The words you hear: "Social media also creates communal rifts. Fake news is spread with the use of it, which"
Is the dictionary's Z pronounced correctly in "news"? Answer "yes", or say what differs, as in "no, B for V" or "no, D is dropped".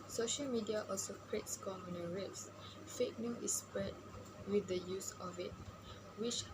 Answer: no, Z is dropped